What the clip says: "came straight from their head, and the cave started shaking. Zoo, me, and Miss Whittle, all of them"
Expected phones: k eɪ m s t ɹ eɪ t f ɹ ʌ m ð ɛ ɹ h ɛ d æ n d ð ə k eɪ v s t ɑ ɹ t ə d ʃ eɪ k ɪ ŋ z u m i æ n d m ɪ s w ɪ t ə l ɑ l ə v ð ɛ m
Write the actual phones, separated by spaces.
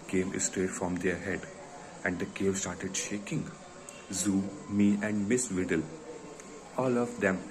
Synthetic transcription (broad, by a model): k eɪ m s t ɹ eɪ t f ɹ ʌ m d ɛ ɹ h ɛ d æ n d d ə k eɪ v s t ɑ ɹ t ə d ʃ eɪ k ɪ ŋ z u m i æ n d m ɪ s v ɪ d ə l ɑ l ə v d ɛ m